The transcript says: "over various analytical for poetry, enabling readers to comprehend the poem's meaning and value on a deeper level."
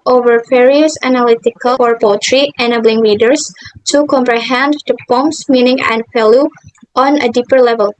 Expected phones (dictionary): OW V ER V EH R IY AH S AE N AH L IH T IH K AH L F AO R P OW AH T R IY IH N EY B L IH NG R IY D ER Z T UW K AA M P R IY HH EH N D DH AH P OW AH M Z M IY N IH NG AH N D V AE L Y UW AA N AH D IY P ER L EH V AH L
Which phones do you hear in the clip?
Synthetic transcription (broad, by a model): OW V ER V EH R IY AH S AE N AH L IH T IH K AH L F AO R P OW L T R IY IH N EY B L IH NG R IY D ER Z T UW K AA M P R IY HH EH N D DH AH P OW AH M S M IY N IH NG AH N D F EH L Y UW AA N AH D IY P ER L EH V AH L